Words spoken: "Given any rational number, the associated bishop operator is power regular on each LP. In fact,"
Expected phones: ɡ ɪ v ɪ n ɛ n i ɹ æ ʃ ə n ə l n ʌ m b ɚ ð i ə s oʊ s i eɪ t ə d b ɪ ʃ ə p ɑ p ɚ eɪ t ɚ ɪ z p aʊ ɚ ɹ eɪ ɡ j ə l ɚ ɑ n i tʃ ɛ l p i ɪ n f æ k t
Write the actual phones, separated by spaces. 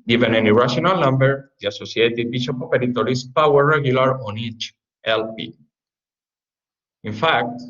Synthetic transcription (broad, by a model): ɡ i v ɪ n ɛ n i ɹ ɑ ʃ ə n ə l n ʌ m b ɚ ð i ə s oʊ s i eɪ t ə d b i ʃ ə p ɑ p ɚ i t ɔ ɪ s p aʊ ɚ ɹ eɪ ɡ j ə l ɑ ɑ n i tʃ ɛ l p i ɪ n f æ k t